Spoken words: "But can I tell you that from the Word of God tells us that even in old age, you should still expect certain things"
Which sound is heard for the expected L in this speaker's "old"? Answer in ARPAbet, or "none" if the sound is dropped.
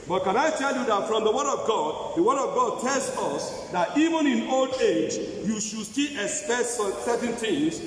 L